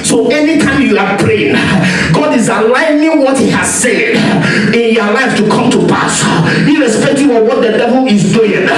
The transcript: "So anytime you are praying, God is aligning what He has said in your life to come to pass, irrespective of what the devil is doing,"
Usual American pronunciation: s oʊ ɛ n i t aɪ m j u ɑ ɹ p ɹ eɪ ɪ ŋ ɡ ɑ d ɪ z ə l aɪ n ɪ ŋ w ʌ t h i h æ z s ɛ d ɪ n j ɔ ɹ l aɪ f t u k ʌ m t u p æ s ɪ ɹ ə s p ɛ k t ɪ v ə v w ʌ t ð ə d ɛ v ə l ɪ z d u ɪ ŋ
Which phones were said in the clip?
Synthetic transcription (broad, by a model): s oʊ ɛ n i t aɪ m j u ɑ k p ɹ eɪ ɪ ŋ ɡ ɑ d ɪ z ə l aɪ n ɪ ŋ w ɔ t h i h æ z s ɛ d ɪ n j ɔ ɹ l aɪ f t u k ʌ m t u p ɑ s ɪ ɹ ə s p ɛ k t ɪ ə w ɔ t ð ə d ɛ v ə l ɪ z d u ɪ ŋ